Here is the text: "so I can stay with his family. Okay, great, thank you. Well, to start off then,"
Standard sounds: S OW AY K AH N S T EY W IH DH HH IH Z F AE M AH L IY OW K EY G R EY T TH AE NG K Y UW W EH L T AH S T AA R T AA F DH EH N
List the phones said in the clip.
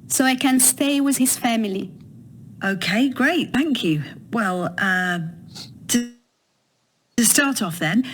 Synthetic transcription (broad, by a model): S OW AY K AH N S T EY W IH DH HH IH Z F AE M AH L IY OW K EY G R EY T TH AE NG K Y UW W EH L T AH S T AA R T AA F DH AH N